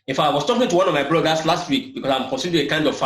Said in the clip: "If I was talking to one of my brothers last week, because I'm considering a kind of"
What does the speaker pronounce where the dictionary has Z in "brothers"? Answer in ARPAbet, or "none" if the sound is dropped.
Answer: S